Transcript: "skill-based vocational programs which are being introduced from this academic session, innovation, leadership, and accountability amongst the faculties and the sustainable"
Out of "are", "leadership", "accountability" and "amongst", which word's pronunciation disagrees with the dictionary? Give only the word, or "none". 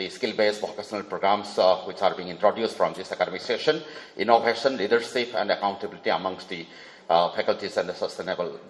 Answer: leadership